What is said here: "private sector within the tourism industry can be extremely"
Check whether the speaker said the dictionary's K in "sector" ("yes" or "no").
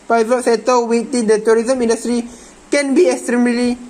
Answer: no